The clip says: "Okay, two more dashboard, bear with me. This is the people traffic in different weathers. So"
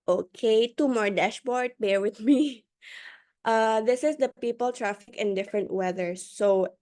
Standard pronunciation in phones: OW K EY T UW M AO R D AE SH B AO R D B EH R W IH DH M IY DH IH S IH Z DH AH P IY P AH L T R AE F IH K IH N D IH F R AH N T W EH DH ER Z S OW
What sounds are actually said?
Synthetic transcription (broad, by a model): OW K EY T UW M AO R D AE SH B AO R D B EH R W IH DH M IY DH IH S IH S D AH P IY P AH L T R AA F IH K IH N D IH F R AH N T W EH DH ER S OW